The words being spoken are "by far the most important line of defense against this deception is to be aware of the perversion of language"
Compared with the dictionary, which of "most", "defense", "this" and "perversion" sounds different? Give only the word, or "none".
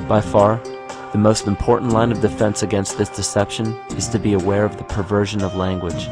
none